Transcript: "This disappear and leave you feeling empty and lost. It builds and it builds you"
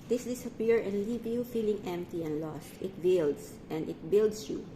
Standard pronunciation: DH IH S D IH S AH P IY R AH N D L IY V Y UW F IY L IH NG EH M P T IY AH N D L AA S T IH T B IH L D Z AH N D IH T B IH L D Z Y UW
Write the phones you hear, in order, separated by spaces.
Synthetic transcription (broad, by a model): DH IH S D IH S AH P IY R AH N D L IY V Y UW F IY L IH NG EH M P T IY AH N D L AA S T IH T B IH L D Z AH N D IH T B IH L D S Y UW